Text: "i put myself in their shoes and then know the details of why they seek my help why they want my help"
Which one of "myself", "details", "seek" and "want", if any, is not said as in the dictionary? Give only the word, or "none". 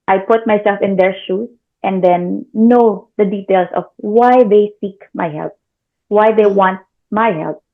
details